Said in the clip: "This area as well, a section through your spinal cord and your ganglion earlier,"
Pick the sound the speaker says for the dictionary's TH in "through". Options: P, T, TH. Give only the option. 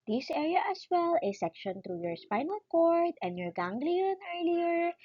T